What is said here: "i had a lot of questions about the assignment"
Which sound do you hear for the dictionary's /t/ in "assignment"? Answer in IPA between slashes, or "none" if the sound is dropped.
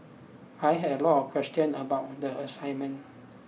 none